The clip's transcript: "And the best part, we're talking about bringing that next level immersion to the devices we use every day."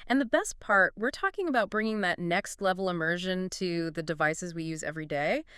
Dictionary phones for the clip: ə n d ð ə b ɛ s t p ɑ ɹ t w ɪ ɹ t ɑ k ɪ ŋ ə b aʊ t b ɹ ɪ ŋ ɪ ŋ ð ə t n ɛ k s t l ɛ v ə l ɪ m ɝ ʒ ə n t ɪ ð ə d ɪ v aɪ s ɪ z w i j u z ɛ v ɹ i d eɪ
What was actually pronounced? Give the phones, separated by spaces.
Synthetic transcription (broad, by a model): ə n ð ə b ɛ s t p ɑ ɹ t w ɪ ɹ t ɑ k ɪ ŋ ə b aʊ t b ɹ ɪ ŋ ɪ ŋ ð ə t n ɛ k s t l ɛ v l ɪ m ɝ ʒ ə n t ɪ ð ə d ɪ v aɪ s ɪ z w i j u z ɛ v ɹ i d eɪ